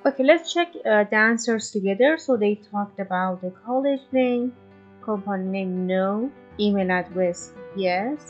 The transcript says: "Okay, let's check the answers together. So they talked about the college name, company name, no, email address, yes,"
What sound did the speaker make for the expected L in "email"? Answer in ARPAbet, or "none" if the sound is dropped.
N